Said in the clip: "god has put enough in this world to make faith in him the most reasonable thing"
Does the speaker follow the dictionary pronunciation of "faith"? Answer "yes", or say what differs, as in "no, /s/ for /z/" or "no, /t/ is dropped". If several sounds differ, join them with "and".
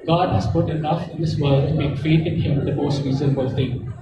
no, /t/ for /θ/